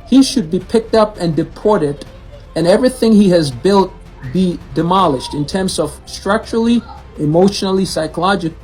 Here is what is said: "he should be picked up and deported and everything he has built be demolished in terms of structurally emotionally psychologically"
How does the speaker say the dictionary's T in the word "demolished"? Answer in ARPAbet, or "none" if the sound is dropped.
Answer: T